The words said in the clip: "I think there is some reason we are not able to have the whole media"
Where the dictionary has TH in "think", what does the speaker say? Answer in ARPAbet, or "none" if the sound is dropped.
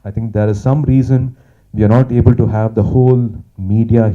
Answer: T